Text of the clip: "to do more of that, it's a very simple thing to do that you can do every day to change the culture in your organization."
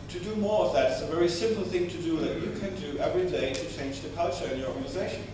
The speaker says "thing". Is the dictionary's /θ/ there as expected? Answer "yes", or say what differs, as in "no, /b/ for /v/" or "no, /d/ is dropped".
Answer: yes